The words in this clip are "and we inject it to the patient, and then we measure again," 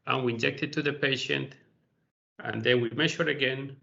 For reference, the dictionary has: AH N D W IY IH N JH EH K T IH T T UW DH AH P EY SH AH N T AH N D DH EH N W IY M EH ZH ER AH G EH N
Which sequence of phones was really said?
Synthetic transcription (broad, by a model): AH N W IY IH N JH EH K T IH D T UW DH AH P EY SH AH N T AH N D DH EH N W IY M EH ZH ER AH G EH N